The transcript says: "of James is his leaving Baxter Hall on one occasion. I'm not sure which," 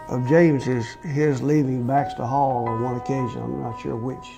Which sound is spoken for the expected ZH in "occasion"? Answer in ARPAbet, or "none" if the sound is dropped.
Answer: ZH